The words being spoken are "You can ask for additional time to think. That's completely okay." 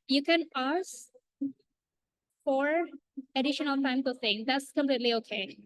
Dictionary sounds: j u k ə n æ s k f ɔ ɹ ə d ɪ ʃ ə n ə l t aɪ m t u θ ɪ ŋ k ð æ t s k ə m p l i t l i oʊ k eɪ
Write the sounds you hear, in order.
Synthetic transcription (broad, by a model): j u k ə n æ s f ɔ ɹ ə d ɪ ʃ ə n ə l t aɪ m t u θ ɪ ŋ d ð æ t s k ə m p l i t l i oʊ k eɪ